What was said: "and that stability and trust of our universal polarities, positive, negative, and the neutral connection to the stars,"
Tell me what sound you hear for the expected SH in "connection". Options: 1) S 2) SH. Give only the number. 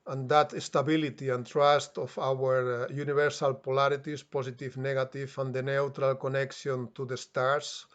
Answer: 1